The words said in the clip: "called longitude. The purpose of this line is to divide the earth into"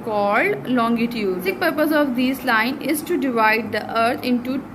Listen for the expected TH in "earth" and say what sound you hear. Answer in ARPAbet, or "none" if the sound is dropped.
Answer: T